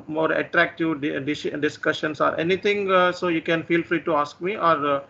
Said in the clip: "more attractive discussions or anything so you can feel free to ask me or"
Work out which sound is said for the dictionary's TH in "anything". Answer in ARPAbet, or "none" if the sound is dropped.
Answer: T